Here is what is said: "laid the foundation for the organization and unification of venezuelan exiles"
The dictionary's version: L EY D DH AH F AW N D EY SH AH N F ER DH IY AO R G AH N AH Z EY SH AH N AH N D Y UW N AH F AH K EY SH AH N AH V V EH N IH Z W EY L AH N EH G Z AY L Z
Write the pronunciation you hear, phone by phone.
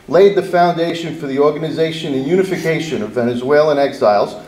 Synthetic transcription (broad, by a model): L EY D DH AH F AW N D EY SH AH N F ER DH IY AO R G AH N AH Z EY SH AH N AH N Y UW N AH F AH K EY SH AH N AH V V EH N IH Z W EY L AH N EH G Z AY L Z